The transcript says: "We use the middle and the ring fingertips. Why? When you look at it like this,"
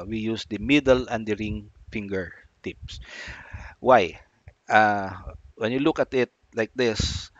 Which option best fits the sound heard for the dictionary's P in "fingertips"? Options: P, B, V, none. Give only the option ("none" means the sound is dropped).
P